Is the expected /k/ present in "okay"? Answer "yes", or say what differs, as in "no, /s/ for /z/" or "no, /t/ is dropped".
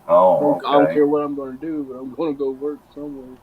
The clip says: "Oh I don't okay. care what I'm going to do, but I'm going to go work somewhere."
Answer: no, /k/ is dropped